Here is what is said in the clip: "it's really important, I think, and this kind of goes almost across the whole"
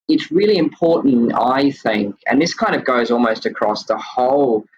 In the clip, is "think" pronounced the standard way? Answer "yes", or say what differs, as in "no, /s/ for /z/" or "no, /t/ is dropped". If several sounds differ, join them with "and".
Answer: yes